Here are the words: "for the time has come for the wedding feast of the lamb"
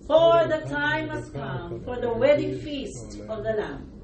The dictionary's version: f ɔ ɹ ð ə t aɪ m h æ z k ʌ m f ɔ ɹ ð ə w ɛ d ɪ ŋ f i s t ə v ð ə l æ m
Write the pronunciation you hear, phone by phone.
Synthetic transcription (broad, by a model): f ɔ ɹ ð ə t aɪ m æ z k ʌ m f ɔ ɹ ð ə w ɛ d ɪ ŋ f i s t ə v ð ə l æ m